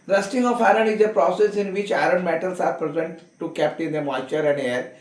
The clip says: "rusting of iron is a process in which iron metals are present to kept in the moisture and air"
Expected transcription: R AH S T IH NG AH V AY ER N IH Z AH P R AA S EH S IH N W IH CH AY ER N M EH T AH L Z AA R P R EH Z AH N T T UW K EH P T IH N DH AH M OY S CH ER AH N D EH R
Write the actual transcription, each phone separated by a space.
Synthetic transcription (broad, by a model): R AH S T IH NG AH F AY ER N IH Z AH P R AA S EH S IH N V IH CH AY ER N M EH T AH L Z AA R P R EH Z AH N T T UW K EH P T IH N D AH M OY CH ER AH N D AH R